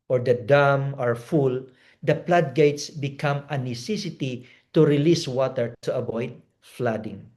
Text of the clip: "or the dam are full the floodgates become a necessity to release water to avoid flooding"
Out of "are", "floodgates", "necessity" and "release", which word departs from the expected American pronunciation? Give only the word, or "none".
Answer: floodgates